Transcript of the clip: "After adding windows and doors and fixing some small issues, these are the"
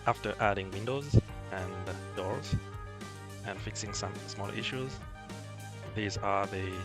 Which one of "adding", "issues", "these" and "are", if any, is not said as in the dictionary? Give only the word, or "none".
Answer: none